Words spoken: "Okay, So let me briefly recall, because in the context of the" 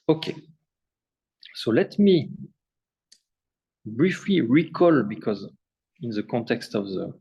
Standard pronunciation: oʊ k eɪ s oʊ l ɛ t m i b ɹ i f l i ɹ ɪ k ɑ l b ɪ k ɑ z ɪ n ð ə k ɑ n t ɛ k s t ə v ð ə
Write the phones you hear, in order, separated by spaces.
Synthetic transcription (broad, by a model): oʊ k eɪ s oʊ l ɛ t m i b ɹ i f l i ɹ ɪ k ɑ l b ɪ k ɑ z ɪ n ð ə k ɑ n t ɛ k s t ə v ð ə